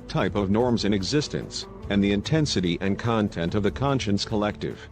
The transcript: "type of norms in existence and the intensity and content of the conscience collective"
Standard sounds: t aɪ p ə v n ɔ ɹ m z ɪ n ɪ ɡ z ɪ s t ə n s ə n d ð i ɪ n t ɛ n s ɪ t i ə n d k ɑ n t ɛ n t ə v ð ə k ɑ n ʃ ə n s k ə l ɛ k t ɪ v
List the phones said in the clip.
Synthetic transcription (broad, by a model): t aɪ p ə v n ɔ ɹ m z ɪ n ɪ ɡ z ɪ s t ə n s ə n ð i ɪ n t ɛ n s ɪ t i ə n k ɑ n t ɛ n t ə v ð ə k ɑ n ʃ ə n s k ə l ɛ k t ɪ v